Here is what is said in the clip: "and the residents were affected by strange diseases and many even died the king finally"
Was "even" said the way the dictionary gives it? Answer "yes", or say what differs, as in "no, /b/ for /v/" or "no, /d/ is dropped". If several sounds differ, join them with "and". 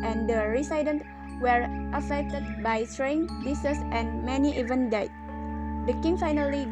yes